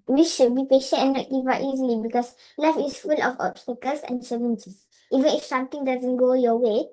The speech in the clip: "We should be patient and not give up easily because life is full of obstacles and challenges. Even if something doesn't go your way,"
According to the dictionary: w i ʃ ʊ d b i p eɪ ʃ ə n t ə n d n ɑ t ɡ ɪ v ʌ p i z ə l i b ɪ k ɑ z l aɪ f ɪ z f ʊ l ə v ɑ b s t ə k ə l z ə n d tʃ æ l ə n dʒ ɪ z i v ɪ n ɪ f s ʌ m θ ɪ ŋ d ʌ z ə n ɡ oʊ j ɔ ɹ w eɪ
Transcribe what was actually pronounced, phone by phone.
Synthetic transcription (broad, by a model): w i ʃ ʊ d b i p eɪ ʃ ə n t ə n n ɑ t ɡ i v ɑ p i z ə l i b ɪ k ɑ s l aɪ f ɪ s f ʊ l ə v ɑ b s t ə k ə l s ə n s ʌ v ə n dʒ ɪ s i v ɪ n ɪ f s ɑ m t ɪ ŋ d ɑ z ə n ɡ oʊ j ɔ w eɪ